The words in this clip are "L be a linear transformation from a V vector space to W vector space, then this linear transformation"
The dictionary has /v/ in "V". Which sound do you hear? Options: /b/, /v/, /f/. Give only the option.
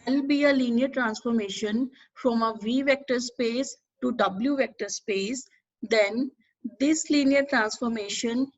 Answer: /v/